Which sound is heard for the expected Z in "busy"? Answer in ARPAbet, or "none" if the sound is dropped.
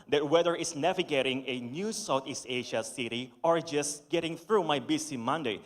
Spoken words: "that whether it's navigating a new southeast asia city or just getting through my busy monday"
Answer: S